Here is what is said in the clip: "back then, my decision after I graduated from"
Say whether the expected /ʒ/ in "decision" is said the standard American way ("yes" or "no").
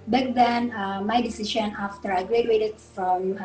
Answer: no